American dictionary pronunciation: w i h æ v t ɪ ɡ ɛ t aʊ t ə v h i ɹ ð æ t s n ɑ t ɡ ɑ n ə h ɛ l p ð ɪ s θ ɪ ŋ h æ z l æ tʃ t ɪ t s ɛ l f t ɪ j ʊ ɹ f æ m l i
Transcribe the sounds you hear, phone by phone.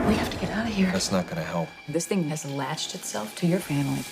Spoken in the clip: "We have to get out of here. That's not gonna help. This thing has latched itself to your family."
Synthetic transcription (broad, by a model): w i h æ f t ɪ ɡ ɛ t aʊ t h i ɹ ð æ t s n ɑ t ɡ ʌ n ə h ɛ l p ð ɪ s θ ɪ ŋ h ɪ z l æ tʃ t ɪ t s ɛ l f t ɪ j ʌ ɹ f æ m l i